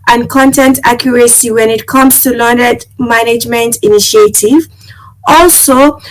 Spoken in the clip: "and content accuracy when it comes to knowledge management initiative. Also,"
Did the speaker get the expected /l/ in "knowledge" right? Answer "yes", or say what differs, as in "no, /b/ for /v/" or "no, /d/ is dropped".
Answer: no, /n/ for /l/